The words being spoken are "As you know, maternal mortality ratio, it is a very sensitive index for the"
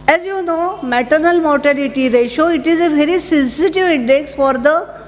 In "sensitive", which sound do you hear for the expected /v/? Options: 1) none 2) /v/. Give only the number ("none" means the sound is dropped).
2